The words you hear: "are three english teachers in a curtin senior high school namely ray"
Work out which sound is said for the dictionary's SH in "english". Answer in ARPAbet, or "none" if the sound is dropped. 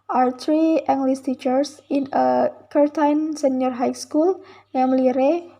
S